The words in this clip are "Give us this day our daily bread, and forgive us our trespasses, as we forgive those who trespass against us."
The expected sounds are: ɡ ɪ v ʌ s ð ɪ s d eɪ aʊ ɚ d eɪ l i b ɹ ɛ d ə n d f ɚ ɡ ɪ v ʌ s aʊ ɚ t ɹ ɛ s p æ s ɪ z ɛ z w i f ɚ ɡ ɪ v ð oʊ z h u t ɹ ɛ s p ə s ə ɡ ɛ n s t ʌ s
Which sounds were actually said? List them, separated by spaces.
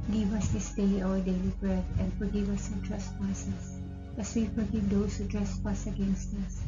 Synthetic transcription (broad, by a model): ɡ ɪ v ʌ s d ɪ s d eɪ aʊ ɚ d eɪ l i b ɹ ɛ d ə n d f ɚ ɡ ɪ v ʌ s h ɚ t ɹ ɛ s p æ s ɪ s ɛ s w i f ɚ ɡ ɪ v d oʊ s h u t ɹ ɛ s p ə s ə ɡ ɛ n s t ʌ s